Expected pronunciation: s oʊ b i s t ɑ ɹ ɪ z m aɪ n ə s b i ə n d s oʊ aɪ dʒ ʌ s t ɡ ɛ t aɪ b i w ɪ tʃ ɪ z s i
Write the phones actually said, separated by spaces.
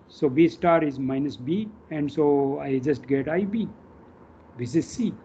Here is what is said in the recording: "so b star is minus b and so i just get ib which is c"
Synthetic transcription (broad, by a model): s oʊ b i s t ɑ ɹ ɪ z m aɪ n ə s b i ə n d s oʊ aɪ dʒ ʌ s t ɡ ɛ t aɪ b i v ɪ s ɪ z s i